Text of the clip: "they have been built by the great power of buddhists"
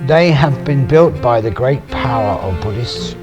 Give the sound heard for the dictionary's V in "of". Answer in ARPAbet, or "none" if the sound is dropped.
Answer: V